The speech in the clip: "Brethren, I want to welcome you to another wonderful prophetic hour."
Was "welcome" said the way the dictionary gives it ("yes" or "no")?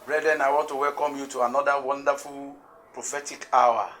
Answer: yes